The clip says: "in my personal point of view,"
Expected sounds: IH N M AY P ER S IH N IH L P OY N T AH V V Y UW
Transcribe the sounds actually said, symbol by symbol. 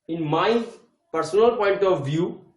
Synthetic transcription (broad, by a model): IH N M AY P ER S IH N IH L P OY N T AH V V Y UW